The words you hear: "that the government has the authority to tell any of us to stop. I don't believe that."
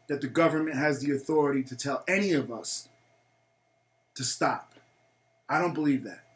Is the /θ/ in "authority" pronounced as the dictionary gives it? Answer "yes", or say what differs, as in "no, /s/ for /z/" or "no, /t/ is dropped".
yes